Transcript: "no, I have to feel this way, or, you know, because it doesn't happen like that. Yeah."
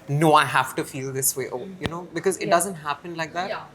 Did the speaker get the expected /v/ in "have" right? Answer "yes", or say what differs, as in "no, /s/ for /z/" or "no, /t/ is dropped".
no, /f/ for /v/